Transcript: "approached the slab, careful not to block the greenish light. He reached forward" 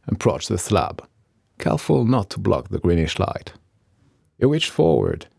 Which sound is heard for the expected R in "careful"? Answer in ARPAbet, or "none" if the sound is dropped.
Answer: L